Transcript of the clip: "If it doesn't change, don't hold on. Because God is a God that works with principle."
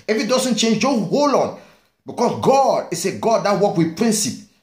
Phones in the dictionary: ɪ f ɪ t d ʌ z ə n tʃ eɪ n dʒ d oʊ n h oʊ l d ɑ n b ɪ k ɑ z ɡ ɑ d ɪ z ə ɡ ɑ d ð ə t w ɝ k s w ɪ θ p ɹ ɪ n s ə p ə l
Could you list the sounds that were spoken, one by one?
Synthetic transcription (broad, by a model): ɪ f ɪ t d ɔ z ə n tʃ eɪ n dʒ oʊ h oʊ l ɑ n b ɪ k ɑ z ɡ ɑ d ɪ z ə ɡ ɑ d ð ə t w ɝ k w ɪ p ɹ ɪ n s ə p